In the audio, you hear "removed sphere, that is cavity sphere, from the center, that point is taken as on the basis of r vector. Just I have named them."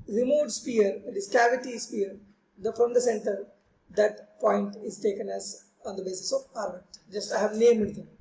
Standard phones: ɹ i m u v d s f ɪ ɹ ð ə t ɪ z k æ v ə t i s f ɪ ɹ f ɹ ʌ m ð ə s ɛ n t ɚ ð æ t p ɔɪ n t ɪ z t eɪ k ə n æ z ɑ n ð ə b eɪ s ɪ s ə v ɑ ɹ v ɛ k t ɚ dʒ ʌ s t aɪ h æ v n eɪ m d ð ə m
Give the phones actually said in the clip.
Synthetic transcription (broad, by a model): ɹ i m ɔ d s p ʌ ɹ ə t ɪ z k æ v ə t i s p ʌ ɹ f ɹ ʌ m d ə s ɛ n t ɚ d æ t p ɔɪ n t ɪ z t eɪ k ə n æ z ɑ n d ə b eɪ s ɪ s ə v ɑ ɹ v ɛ t dʒ ʌ s t aɪ h æ v n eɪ m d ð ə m